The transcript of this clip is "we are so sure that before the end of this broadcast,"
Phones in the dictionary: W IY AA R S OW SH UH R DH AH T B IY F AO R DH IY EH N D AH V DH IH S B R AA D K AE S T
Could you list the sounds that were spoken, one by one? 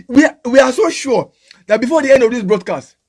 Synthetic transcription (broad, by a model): W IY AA W S OW SH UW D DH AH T B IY F AO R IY EH N D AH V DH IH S B R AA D K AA S T